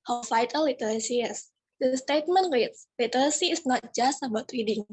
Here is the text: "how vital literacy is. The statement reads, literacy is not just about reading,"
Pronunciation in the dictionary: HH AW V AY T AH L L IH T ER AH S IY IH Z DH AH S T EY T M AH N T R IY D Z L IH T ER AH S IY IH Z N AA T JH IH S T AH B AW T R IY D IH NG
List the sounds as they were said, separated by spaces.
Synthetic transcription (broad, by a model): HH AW F AY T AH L L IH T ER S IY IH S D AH S T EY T M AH N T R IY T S L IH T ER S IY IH S N AA T JH IH S T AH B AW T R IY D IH NG